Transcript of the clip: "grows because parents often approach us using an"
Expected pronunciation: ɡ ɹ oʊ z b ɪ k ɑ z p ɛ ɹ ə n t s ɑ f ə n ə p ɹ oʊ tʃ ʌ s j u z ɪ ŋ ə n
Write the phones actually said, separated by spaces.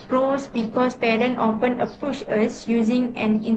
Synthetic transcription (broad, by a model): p ɹ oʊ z b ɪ k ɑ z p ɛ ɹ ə n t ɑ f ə n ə p u ʃ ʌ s j u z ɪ ŋ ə n